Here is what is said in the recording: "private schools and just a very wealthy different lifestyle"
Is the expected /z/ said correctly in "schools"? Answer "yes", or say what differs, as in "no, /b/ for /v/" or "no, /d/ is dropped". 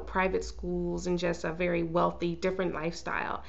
yes